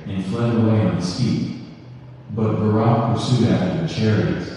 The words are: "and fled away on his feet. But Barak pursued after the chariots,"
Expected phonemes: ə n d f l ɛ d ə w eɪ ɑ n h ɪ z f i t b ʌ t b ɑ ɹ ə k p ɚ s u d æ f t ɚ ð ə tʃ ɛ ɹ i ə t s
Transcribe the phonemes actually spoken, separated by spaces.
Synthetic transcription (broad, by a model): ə n f l ɛ d ə w eɪ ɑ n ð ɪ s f i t b ʌ t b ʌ ɹ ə p ɚ s u d æ f t ɚ ð ə tʃ ɛ ɹ i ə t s